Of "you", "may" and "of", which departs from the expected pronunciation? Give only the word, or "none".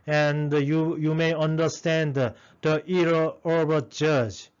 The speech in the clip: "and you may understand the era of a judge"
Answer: of